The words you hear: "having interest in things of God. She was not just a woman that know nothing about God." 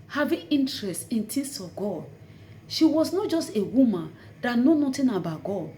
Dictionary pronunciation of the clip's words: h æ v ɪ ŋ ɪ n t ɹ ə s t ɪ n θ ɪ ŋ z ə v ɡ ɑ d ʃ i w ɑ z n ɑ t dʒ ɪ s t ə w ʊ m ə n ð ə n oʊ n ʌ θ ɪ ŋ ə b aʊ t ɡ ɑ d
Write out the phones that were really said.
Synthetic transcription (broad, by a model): h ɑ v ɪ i n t ɹ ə s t ɪ n t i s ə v ɡ ɑ d ʃ i w ɑ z n ɑ t dʒ ɪ s t ə w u m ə n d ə n oʊ n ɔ t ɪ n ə b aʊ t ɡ ɑ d